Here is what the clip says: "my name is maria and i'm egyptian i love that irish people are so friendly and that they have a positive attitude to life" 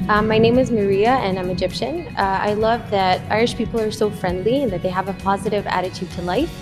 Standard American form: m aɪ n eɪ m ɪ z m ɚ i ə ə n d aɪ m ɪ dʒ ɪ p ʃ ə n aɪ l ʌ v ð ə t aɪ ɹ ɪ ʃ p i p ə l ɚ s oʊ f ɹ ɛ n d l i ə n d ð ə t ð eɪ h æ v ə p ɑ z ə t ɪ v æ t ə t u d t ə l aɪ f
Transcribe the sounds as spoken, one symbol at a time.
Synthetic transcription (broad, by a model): m aɪ n eɪ m ɪ z m ɚ i ə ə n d aɪ m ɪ dʒ ɪ p ʃ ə n aɪ l ʌ v ð ə t aɪ ɹ ɪ ʃ p i p l ɚ s oʊ f ɹ ɛ n d l i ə n ð ə t ð eɪ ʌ v ə p ɑ z ə t ɪ v æ t ə t u d t ə l aɪ f